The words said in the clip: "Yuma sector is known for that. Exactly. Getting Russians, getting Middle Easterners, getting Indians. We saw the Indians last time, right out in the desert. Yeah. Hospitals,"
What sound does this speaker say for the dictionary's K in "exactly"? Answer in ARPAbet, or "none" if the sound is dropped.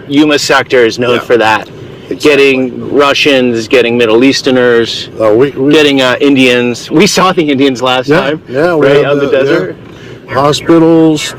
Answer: none